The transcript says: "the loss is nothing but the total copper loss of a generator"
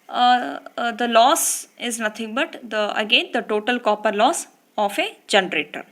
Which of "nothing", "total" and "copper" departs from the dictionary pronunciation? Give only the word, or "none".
nothing